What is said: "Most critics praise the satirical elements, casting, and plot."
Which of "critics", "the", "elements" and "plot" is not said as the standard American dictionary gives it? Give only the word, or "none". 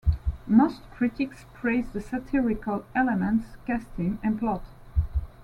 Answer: none